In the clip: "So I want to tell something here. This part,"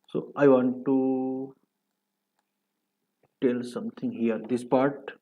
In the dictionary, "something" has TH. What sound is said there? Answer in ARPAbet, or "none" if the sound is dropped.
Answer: T